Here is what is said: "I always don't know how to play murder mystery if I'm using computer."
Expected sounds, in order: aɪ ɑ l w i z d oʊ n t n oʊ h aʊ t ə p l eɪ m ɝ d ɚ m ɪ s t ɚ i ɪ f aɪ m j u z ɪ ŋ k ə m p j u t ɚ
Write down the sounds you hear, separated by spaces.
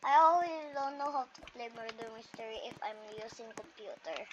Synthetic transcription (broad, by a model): aɪ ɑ l w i s d oʊ n t n oʊ h aʊ t ə p l eɪ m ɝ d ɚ m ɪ s t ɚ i ɪ f aɪ m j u s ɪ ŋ k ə m p j u t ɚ